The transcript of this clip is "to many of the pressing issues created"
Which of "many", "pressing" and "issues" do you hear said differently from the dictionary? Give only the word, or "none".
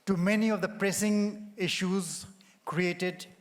none